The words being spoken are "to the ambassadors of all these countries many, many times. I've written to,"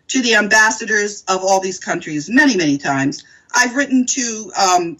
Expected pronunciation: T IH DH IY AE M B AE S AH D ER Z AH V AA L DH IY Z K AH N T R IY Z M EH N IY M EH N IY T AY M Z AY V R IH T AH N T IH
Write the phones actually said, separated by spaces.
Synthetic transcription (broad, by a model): T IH DH IY AE M B AE S AH D ER Z AH V AA L DH IY Z K AH N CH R IY Z M EH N IY M EH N IY T AY M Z AY V R IH T N T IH